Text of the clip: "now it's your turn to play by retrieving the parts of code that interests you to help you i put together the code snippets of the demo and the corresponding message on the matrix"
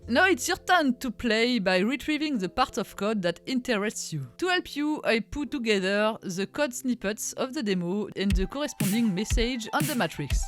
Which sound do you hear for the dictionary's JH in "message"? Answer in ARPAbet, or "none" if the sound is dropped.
JH